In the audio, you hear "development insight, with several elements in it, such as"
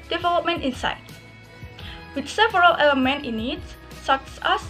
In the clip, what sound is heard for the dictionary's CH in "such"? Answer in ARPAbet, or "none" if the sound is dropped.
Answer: S